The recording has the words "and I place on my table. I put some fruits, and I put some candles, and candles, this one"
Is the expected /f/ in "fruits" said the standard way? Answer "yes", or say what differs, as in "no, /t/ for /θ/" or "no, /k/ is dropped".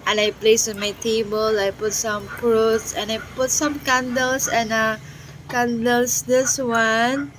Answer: no, /p/ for /f/